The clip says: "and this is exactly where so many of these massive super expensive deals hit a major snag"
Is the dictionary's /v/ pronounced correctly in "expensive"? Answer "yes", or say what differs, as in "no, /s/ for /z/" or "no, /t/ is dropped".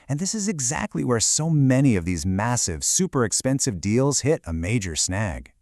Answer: yes